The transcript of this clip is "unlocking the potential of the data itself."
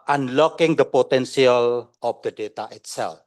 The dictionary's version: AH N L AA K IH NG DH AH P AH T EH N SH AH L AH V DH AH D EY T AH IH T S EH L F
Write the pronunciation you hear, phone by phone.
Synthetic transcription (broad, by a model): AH N L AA K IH NG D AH P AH T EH N S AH L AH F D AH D EY T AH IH T S EH L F